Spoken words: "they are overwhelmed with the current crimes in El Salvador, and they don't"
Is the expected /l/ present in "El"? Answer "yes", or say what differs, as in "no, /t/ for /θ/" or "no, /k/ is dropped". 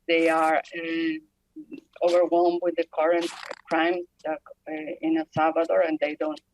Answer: no, /n/ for /l/